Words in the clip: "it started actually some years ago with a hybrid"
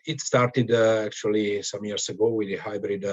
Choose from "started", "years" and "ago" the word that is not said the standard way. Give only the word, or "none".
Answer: years